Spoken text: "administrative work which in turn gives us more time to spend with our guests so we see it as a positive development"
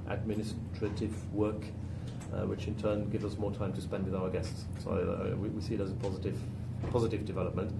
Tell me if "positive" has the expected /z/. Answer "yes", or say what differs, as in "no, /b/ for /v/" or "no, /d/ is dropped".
yes